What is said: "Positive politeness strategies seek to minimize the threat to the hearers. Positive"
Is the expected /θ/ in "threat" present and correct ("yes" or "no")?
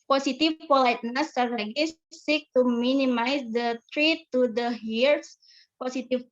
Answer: no